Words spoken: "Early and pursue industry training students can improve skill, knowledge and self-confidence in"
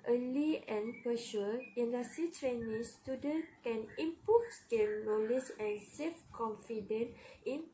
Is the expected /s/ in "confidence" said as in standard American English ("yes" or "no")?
no